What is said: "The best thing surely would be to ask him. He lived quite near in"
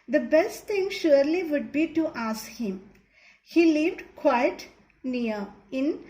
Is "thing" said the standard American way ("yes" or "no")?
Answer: no